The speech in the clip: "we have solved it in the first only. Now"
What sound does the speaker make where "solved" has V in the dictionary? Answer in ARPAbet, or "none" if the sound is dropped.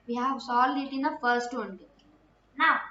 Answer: none